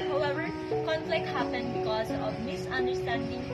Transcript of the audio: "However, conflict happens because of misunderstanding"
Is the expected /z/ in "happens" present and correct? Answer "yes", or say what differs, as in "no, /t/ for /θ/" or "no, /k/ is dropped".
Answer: no, /z/ is dropped